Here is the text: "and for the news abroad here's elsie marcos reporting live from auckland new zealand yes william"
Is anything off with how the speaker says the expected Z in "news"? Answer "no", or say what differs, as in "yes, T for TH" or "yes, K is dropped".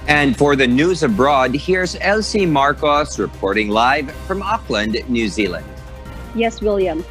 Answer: no